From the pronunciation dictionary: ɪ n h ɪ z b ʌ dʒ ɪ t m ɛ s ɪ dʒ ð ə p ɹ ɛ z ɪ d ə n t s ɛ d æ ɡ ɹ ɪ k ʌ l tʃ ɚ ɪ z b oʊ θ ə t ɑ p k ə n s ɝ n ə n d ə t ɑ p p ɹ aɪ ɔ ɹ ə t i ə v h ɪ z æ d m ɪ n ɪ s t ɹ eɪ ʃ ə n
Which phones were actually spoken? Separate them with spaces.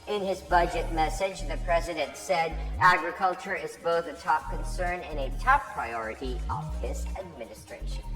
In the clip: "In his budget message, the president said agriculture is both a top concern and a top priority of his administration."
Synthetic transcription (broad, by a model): ɪ n ɪ z b ʌ dʒ ɪ t m ɛ s ɪ dʒ ð ə p ɹ ɛ z ɪ d ə n t s ɛ d æ ɡ ɹ ɪ k ʌ l tʃ ɚ ɪ z b oʊ θ ə t ɑ p k ə n s ɝ n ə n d ə t ɑ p p ɹ aɪ ɔ ɹ ə t i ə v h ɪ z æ d m ɪ n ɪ s t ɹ eɪ ʃ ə n